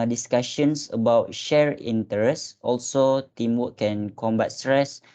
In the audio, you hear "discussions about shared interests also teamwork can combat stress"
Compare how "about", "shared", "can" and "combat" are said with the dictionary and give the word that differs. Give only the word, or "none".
shared